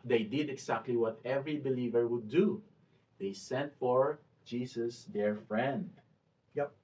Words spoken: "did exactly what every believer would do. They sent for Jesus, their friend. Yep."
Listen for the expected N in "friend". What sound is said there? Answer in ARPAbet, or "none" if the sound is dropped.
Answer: N